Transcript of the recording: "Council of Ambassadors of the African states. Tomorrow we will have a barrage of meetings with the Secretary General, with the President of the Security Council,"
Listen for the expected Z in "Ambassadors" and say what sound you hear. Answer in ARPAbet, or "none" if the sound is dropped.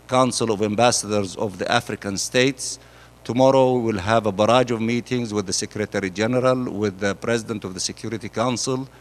Z